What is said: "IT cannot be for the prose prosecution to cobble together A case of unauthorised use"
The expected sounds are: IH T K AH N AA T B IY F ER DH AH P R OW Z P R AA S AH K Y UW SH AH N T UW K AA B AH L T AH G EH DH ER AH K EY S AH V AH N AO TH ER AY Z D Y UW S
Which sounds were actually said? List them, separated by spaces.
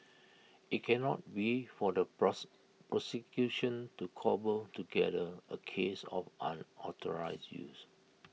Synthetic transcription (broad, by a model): IH T K AH N AA T B IY F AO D AH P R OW P R AA S AH K Y UW SH AH N T UW K AA B AH L T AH G EH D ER AH K EY S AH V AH N AO T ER AY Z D Y UW S